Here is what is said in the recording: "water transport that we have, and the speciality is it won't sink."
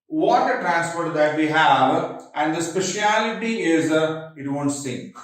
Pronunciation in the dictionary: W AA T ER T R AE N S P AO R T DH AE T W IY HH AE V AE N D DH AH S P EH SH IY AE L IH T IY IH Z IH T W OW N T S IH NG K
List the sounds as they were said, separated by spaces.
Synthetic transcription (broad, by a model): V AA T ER T R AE N S F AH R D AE T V IY HH AE V AE N D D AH S P EH SH IY AE L IH T IY IH Z IH T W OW N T S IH NG K